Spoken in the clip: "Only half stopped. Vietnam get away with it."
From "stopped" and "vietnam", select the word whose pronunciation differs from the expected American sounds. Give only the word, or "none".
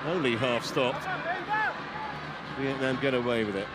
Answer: vietnam